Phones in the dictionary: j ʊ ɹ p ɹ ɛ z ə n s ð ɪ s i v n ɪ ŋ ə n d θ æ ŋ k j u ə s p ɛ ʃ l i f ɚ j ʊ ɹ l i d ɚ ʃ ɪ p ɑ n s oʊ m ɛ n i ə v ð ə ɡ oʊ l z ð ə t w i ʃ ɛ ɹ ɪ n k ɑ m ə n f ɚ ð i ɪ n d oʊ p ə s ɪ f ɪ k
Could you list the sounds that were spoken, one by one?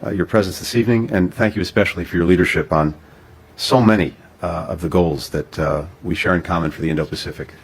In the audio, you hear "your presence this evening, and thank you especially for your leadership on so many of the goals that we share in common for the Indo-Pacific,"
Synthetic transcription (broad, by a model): j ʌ ɹ p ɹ ɛ z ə n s ð ɪ s i v n ɪ ŋ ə n θ æ ŋ k j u ə s p ɛ ʃ l i f ɚ j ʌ ɹ l i d ɚ ʃ ɪ p n s oʊ m ɛ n i ə v ð ə ɡ oʊ l z ð ə t w i ʃ ɛ ɹ ɪ n k ɑ m ə n f ɚ ð i ɪ n d oʊ p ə s ɪ f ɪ k